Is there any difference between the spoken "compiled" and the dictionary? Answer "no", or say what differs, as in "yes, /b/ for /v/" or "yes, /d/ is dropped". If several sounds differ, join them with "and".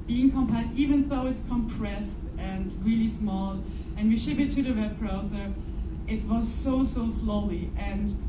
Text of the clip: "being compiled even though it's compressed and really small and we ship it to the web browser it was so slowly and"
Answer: yes, /l/ is dropped